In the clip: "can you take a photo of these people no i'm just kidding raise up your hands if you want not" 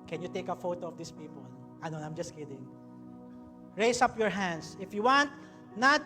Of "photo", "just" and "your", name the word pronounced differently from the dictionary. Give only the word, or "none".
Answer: none